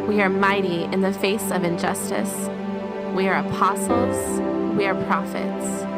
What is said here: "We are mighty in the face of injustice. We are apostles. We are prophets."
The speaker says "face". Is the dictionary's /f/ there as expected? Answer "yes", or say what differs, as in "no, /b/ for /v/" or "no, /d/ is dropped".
yes